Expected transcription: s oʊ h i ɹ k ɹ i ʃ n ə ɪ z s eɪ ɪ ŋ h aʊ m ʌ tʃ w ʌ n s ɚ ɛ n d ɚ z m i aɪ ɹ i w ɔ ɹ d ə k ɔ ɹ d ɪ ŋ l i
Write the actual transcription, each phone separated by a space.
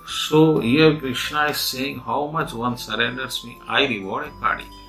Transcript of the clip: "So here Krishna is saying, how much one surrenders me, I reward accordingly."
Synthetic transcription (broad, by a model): s oʊ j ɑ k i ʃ ə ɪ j s eɪ ɪ ŋ h aʊ m ʌ tʃ w ʌ n s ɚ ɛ n d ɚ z m i aɪ ɹ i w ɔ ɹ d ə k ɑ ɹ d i